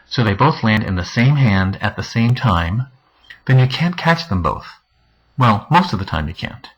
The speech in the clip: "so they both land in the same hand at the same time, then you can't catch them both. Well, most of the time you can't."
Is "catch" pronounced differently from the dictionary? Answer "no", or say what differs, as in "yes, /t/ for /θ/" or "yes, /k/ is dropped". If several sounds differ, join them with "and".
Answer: no